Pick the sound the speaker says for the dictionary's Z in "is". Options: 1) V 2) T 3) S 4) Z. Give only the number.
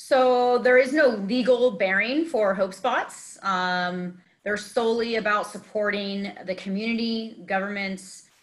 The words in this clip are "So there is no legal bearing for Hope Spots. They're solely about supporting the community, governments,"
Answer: 4